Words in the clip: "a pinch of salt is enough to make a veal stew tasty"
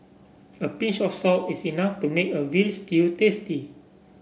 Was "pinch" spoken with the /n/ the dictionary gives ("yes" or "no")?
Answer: no